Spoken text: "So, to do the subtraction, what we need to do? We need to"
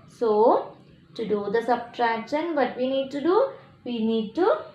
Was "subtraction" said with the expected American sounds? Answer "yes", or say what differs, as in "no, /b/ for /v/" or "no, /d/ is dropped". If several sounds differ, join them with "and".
yes